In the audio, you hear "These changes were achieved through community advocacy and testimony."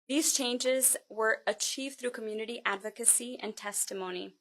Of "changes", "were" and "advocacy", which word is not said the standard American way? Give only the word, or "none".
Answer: none